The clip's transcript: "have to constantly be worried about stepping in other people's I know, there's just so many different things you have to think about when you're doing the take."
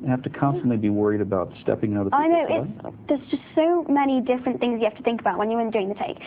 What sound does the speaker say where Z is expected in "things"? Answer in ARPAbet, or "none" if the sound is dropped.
Z